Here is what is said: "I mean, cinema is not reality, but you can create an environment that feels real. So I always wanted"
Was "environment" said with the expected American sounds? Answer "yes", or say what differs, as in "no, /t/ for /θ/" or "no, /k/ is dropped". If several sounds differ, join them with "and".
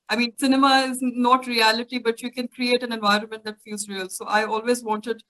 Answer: yes